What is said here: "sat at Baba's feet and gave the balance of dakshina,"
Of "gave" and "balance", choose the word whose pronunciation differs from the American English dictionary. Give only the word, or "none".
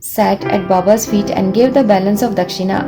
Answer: none